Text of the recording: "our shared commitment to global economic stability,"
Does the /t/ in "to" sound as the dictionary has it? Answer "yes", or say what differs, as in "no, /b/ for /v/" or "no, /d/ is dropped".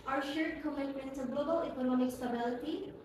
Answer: no, /s/ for /t/